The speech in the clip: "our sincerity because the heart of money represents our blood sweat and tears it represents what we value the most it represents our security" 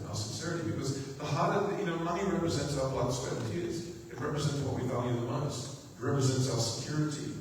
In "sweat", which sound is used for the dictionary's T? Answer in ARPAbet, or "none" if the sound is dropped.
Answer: none